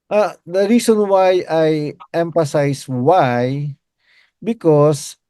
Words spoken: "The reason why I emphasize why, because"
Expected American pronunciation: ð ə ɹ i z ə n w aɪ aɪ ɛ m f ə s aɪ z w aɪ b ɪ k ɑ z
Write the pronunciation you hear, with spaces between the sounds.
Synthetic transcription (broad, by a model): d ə ɹ i s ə n w aɪ aɪ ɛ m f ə s aɪ s w aɪ b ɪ k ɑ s